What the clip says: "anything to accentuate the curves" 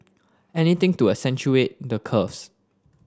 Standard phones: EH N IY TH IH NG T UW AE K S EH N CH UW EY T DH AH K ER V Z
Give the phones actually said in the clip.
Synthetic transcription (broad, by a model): EH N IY T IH NG T UW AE S EH N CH UW EY T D AH K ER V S